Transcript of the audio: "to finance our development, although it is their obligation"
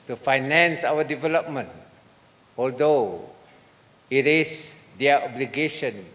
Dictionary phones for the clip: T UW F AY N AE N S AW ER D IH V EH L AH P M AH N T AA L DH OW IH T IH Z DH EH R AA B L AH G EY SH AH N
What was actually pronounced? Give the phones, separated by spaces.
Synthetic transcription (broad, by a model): T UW F AY N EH N S AW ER D IH V EH L AH P M AH N T AA L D OW IH T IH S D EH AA B L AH G EY SH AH N